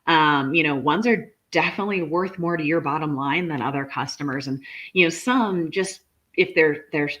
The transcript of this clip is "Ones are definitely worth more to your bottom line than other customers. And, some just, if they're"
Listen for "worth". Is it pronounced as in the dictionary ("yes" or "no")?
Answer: yes